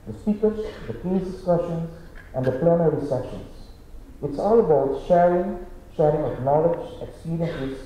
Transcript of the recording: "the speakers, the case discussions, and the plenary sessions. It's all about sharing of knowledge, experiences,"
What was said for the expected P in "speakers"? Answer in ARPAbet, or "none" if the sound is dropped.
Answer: none